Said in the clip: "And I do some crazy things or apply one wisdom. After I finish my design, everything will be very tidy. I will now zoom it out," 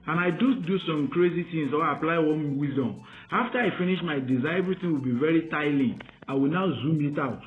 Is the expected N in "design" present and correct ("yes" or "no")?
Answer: no